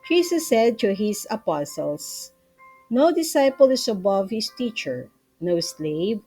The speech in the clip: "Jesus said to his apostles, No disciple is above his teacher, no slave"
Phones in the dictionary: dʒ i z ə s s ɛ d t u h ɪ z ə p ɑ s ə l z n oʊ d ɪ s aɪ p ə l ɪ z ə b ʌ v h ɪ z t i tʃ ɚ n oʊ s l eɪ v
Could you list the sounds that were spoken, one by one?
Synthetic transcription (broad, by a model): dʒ i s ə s s ɛ d t u h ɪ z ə p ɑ s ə l s n oʊ d ɪ s aɪ p ə l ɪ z ə b ʌ v h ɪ s t i tʃ ɚ n oʊ s l eɪ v